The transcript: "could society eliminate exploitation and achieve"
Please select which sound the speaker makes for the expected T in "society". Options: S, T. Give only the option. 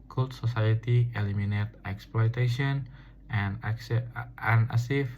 T